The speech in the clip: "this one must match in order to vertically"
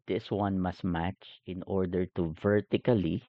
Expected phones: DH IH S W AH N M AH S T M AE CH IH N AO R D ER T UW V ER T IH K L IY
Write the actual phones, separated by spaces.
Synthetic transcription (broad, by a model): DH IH S W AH N M AH S T M AE CH IH N AO R D ER T UW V ER T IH K L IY